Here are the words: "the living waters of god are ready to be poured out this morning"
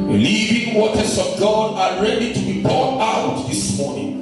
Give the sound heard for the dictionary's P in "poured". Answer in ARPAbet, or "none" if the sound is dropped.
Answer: B